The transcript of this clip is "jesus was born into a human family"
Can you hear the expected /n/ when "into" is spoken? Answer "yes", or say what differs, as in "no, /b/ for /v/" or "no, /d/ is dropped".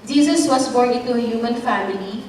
no, /n/ is dropped